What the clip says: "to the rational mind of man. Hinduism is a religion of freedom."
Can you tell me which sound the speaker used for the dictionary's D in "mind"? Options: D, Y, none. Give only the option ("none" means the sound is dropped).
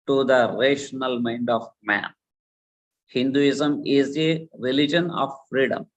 D